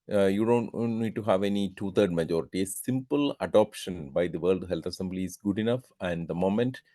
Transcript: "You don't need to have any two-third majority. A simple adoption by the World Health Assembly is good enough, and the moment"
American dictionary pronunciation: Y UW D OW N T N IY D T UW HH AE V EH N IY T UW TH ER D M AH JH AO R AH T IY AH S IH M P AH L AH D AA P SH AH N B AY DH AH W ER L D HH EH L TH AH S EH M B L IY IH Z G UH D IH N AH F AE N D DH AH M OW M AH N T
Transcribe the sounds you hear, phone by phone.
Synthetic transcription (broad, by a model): Y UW D OW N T N IY D T UW HH AE V EH N IY T UW T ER D M AH JH AO R AH T IY AH S IH M P AH L AH D AA P SH AH N B AY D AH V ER L D HH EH L T AH S EH M B L IY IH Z G UH D IH N AH F AE N D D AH M OW M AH N T